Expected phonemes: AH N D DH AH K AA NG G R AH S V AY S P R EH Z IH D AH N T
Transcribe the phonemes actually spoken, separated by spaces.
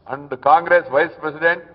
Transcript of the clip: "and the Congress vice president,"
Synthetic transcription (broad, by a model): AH N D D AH K AA NG G R AH S V AY S P R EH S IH D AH N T